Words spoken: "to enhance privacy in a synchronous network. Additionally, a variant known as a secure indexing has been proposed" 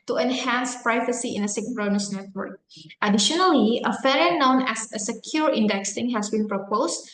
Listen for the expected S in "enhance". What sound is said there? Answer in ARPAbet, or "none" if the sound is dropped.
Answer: S